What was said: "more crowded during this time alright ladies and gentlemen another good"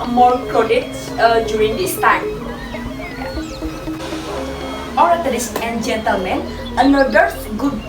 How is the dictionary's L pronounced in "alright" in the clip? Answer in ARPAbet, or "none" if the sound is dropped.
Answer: none